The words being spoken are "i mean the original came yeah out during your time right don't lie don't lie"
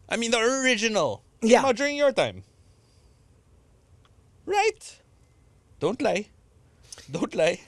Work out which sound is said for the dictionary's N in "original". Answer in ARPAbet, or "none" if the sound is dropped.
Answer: N